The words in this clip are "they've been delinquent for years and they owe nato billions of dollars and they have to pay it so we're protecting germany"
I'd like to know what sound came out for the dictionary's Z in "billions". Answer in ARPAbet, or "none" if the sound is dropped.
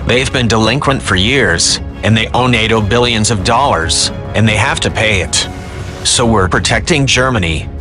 Z